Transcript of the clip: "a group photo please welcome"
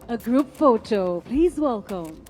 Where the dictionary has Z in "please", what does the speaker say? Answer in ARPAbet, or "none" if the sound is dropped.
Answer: Z